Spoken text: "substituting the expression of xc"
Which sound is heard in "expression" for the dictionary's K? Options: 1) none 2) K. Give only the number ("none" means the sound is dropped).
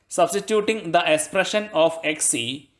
2